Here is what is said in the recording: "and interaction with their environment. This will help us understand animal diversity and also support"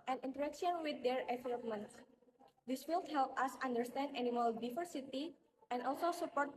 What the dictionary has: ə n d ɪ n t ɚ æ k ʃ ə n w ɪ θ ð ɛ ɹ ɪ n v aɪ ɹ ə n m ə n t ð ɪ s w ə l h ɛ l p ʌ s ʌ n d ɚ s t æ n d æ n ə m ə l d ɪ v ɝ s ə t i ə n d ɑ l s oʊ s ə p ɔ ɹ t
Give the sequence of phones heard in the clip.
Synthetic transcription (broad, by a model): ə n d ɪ n t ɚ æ k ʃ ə n w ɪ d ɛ ɹ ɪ v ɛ l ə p m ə n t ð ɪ s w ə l h ɛ l p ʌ s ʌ n d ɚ s t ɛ n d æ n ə m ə l d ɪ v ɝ s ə t i ə n d ɑ l s oʊ s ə p ɔ ɹ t